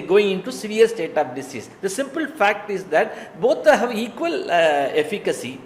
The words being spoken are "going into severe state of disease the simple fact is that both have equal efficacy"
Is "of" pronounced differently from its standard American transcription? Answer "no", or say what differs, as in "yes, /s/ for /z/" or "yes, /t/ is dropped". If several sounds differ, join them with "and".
yes, /p/ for /v/